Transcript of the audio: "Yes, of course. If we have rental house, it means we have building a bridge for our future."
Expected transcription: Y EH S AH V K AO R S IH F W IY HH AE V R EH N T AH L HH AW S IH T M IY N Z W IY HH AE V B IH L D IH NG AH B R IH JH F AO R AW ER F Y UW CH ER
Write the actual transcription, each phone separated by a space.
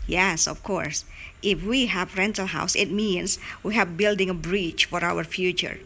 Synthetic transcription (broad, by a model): Y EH S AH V K AO R S IH F W IY HH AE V R EH N T AH L HH AW S IH T M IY N S W IY HH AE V B IH L D IH NG AH B R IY CH F AO R AW ER F Y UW CH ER